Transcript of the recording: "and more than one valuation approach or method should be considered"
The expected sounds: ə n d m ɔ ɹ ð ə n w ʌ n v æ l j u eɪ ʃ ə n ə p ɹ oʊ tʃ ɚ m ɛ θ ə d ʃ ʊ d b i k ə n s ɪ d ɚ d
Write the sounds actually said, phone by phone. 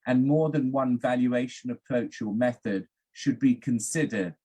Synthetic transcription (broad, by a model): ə n m ɔ ð ə n w ʌ n v æ l j u eɪ ʃ ə n ə p ɹ oʊ tʃ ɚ m ɛ θ ə d ʃ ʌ d b i k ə n s ɪ d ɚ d